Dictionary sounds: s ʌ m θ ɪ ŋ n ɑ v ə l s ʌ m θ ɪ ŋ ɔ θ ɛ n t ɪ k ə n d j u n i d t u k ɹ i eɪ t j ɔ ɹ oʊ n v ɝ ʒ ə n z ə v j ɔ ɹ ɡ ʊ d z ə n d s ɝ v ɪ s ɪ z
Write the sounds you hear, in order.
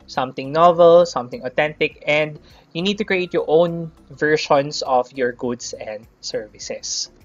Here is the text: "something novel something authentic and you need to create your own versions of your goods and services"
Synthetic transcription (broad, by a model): s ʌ m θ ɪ ŋ n ɑ v ə l s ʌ m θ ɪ ŋ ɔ t ɛ n t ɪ k ə n d j u n i d t u k ɹ i eɪ t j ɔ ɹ oʊ n v ɝ ʃ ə n s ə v j ɔ ɹ ɡ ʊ d s ə n d s ɝ v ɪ s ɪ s